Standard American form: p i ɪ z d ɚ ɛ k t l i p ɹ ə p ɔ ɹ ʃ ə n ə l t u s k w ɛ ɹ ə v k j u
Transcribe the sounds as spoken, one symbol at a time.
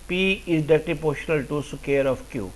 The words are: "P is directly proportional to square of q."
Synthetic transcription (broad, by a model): p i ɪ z d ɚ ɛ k t i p p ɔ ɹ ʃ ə n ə l t u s k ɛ ɹ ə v k j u